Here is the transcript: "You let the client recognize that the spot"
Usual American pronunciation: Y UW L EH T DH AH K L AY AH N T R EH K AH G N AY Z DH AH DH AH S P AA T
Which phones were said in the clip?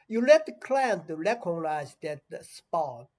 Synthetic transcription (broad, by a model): Y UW L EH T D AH K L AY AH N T L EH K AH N AY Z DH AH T S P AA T